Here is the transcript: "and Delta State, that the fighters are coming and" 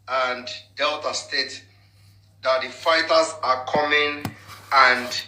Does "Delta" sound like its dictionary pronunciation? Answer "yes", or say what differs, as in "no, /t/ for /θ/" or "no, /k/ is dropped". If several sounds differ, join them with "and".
yes